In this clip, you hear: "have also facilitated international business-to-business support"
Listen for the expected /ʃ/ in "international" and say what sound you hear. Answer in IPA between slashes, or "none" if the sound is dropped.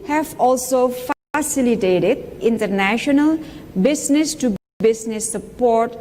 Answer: /ʃ/